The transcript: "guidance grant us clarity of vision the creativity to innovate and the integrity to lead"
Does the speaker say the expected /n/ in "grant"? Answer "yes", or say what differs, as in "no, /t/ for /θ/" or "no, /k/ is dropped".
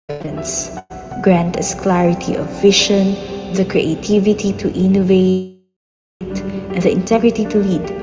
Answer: yes